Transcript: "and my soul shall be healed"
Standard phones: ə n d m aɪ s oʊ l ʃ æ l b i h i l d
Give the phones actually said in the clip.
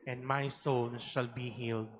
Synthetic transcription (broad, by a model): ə n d m aɪ s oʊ n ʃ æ l b i h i l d